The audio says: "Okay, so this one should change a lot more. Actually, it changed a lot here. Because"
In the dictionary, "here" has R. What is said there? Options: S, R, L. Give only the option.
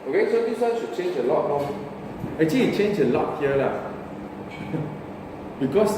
L